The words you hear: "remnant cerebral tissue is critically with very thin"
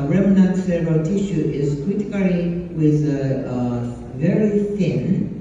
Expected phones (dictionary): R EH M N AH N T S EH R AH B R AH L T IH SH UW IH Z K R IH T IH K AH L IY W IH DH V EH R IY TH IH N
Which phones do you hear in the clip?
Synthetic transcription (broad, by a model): R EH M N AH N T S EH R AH R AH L T IH SH UW IH Z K W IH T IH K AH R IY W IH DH V EH R IY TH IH N